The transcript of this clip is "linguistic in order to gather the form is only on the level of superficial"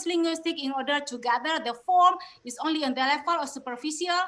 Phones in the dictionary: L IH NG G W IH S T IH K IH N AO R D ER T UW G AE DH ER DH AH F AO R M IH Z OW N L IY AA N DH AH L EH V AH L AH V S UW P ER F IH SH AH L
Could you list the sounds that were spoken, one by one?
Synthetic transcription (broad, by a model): L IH NG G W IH S T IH K IH N AO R D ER T UW G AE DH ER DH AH F AO R M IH S OW N L IY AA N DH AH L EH F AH L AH S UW P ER F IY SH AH L